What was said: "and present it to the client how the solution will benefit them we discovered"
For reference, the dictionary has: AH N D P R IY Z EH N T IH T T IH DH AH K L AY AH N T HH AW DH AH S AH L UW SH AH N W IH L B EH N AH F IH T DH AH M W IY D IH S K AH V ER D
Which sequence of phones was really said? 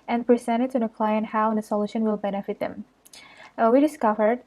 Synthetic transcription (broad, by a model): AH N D P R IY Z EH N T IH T S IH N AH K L AY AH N HH AW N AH S AH L UW SH AH N W IH L B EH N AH F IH T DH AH M W IY D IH S K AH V ER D